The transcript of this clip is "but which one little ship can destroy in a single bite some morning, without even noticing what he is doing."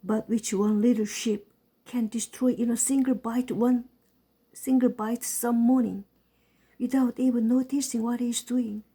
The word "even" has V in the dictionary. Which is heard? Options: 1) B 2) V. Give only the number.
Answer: 1